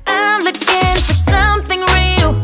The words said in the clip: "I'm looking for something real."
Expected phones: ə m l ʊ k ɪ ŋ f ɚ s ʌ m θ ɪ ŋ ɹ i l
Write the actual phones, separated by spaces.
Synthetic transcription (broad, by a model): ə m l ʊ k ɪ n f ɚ s ʌ m θ ɪ ŋ ɹ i l